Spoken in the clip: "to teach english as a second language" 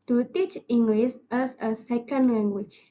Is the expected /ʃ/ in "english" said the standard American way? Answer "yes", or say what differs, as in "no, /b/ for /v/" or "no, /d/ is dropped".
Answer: no, /s/ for /ʃ/